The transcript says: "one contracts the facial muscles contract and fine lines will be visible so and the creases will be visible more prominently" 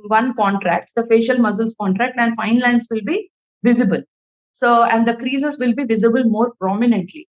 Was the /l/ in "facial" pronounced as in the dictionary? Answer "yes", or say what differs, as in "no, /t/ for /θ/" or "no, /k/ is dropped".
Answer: yes